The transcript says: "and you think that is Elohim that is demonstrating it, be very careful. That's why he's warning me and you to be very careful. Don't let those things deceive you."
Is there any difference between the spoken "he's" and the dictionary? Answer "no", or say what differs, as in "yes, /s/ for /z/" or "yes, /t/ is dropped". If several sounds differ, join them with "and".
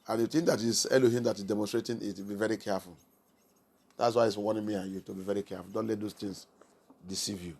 yes, /s/ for /z/